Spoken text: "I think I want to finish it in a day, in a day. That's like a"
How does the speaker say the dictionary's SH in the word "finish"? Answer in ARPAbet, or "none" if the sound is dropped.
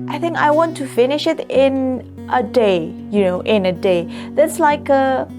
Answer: SH